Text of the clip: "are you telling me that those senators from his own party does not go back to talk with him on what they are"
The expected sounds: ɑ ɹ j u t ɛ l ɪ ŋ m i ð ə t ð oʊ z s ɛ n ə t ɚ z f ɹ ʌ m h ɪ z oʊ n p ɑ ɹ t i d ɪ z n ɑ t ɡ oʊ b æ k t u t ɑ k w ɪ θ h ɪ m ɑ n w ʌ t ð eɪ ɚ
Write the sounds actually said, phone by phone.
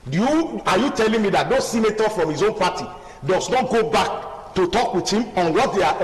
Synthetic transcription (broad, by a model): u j j u t ɛ l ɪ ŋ m i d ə t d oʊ s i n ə t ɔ f ɹ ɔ m h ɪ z oʊ n p ɑ t i d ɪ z n ɑ t ɡ oʊ b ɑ k t u t ɑ k w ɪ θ h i m ɑ n w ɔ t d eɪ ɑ